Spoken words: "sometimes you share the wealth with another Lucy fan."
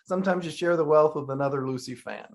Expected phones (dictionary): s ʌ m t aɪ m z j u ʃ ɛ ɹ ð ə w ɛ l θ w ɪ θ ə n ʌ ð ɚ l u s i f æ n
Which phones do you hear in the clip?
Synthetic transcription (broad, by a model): s ʌ m t aɪ m z j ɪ ʃ ɛ ɹ ð ə w ɛ l θ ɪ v ə n ʌ ð ɚ l u s i f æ n